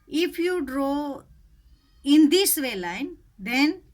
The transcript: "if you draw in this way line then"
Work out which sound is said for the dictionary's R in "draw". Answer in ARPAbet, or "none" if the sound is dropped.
R